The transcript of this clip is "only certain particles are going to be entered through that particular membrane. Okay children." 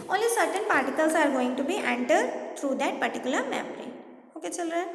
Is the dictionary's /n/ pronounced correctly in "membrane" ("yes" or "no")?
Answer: no